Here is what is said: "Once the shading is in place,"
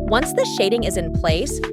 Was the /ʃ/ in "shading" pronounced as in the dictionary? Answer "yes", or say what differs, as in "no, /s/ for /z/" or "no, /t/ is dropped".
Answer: yes